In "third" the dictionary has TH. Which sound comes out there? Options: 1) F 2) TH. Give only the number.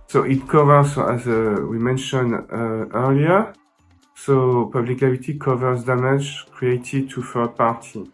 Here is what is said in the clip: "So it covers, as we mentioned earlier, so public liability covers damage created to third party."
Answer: 1